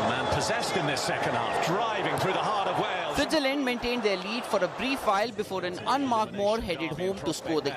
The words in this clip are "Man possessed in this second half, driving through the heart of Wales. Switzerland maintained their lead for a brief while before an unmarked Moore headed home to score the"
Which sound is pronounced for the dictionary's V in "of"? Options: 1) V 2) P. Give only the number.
1